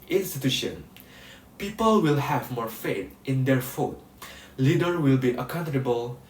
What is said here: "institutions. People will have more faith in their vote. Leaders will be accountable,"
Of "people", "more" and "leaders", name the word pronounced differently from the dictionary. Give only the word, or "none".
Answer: leaders